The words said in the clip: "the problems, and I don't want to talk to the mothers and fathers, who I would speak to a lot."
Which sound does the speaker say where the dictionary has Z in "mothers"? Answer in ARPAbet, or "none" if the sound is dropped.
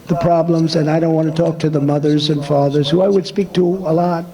Z